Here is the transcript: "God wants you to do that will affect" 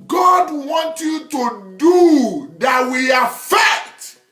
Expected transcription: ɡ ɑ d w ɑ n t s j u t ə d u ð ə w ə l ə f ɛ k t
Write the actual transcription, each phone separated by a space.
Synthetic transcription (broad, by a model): ɡ ɑ d w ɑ n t j u t ə d u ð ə w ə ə f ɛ k t